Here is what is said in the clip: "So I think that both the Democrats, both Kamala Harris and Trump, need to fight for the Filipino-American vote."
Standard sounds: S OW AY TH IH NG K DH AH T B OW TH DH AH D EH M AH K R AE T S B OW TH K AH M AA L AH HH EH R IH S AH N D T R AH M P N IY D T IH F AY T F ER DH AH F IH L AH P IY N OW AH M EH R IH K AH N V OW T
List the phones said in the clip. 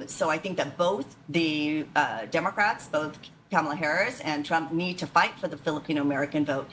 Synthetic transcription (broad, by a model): S OW AY TH IH NG K DH AH T B OW TH DH AH D EH M AH K R AE T S B OW TH K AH M L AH HH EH R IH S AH N T R AH M P N IY D T IH F AY T F ER DH AH F IH L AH P IY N OW AH M EH R IH K AH N V OW T